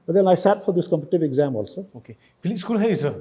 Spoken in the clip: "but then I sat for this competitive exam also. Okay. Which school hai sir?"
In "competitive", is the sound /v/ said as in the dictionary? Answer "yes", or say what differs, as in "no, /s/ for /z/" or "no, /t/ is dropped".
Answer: no, /b/ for /v/